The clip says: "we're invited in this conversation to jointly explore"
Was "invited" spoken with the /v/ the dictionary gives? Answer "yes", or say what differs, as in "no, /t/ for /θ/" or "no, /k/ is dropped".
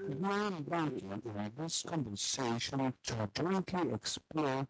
no, /b/ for /v/